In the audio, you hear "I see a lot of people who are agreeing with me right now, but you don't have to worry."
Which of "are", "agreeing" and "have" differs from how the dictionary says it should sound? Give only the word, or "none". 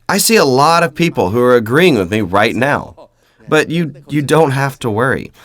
have